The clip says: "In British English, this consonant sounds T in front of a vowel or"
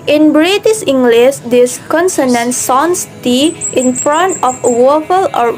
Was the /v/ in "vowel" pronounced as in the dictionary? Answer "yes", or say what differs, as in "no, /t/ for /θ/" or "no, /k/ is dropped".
no, /w/ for /v/